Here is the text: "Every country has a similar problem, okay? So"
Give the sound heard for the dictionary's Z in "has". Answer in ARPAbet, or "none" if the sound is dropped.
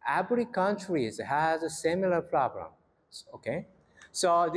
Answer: Z